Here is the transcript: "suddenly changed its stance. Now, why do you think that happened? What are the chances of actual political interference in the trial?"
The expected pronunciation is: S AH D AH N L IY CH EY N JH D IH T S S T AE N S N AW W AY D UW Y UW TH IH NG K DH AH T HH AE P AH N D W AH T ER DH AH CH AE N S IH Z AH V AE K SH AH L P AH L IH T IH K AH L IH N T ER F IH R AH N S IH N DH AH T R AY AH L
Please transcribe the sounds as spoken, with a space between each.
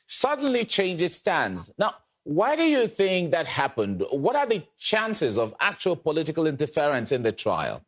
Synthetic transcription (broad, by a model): S AH D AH N L IY CH EY N JH IH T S S T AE N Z N AW W AY D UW Y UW TH IH NG K DH AH T HH AE P AH N D W AH T ER DH AH CH AE N S IH Z AH V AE K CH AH L P AH L IH T IH K AH L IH N T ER F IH R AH N S IH N DH AH T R AY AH L